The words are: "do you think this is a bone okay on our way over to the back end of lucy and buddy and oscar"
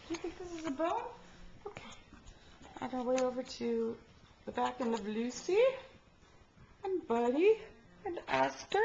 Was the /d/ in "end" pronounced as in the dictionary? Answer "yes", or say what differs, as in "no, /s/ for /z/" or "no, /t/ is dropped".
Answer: no, /d/ is dropped